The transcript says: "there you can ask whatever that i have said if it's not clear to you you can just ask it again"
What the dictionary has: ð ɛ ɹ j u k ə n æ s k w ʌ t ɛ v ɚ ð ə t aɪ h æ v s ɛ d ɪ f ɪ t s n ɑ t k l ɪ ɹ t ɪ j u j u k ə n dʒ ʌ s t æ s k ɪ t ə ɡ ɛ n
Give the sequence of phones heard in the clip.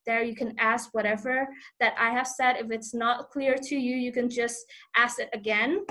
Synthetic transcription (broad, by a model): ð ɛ ɹ j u k ə n æ s k w ʌ t ɛ v ɚ ð ə t aɪ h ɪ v s ɛ d ɪ f ɪ t s n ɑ t k l ɪ ɹ t ɪ j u j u k ə n dʒ ʌ s t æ s ɪ t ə ɡ ɛ n